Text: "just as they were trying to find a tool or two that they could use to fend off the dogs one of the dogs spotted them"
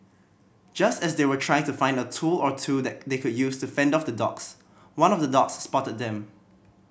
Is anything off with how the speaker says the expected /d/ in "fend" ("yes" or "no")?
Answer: no